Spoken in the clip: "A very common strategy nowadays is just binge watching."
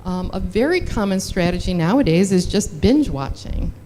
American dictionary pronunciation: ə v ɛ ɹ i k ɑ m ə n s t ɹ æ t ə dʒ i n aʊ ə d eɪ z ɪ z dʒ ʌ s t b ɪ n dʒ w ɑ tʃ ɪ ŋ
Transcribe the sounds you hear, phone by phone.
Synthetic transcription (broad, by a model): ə v ɛ ɹ i k ɑ m ə n s t ɹ æ t ə dʒ i n aʊ ə d eɪ z ɪ z dʒ ʌ s t b ɪ n dʒ w ɑ tʃ ɪ ŋ